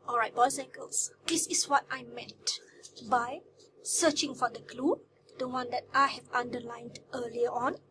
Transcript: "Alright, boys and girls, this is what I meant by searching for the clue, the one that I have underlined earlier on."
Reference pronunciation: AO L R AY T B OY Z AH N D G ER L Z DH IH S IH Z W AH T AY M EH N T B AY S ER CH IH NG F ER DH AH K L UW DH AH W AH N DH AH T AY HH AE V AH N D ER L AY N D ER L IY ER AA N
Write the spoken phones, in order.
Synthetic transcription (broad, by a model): AO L R AY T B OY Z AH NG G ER L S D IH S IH S W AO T AY M EH T B AY S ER CH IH NG F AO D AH K L UW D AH W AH N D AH T AY HH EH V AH N D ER L AY N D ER L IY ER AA N